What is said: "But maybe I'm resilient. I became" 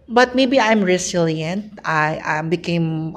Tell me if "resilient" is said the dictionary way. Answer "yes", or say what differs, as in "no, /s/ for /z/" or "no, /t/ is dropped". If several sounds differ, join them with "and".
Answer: no, /s/ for /z/